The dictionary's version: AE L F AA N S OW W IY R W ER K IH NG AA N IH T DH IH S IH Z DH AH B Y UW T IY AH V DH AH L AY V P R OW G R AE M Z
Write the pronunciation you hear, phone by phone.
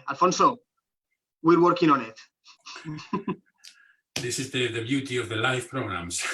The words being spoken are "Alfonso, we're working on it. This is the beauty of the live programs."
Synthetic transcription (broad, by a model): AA L F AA N S OW W IY R W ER K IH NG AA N IH T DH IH S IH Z DH AH B Y UW T IY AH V DH AH L AY F P R OW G R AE M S